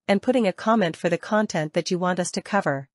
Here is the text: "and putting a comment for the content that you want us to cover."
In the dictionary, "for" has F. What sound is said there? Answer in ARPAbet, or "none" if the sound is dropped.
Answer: F